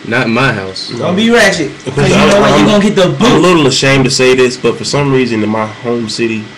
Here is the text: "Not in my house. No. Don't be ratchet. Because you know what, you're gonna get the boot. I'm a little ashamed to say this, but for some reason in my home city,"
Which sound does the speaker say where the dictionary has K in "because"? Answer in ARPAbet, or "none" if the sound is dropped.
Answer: none